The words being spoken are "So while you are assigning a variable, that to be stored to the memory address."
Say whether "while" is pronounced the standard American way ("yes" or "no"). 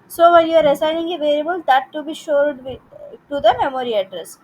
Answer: no